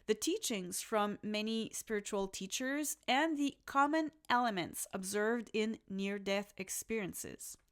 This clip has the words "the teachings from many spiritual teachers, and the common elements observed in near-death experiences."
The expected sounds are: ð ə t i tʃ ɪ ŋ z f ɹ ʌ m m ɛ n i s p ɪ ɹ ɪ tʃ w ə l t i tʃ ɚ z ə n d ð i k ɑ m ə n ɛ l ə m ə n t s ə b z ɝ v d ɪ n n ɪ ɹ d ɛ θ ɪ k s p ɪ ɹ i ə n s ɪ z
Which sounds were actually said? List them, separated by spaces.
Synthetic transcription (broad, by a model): ð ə t i tʃ ɪ ŋ z f ɹ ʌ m m ɛ n i s p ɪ ɹ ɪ tʃ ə l t i tʃ ɚ z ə n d ð i k ɑ m ə n ɛ l ə m ə n t s ə b z ɝ v d ɪ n n ɪ ɹ d ɛ θ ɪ k s p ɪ ɹ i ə n s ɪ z